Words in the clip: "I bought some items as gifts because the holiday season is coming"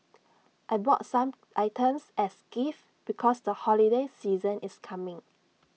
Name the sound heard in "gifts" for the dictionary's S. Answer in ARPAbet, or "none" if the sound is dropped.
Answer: none